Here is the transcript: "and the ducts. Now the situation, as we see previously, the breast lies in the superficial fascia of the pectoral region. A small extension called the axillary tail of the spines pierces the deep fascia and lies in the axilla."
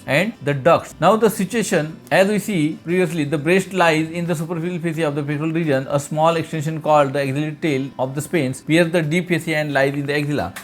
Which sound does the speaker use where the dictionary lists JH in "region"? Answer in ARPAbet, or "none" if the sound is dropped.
JH